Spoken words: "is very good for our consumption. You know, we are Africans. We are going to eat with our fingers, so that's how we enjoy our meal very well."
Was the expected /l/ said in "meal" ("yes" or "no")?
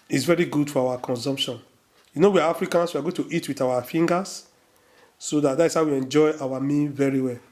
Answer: no